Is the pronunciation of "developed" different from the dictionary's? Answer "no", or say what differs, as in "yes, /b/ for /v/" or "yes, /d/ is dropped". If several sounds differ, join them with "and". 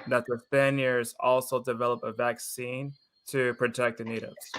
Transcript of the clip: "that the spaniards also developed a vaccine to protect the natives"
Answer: yes, /t/ is dropped